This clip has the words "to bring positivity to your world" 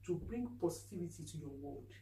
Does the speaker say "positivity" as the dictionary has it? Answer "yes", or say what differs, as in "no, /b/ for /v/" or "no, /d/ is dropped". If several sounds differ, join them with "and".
no, /s/ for /z/